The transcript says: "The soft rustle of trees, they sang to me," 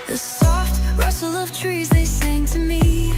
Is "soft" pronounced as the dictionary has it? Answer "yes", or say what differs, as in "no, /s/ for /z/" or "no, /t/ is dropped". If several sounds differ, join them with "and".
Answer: yes